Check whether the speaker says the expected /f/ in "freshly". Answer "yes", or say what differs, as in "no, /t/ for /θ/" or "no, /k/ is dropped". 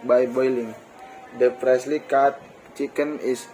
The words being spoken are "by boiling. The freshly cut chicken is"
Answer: no, /p/ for /f/